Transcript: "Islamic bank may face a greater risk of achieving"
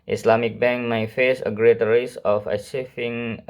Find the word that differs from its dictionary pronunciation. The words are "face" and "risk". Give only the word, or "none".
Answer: risk